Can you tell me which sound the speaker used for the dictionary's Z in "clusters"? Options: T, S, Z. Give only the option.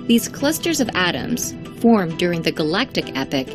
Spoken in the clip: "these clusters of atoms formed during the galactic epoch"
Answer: Z